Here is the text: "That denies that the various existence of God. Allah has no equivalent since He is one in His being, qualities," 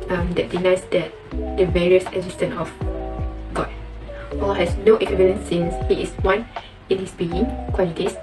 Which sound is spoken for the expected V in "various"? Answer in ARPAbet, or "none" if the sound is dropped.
V